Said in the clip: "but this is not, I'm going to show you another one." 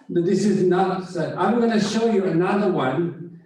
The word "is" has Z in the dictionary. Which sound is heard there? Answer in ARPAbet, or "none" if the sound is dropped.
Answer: Z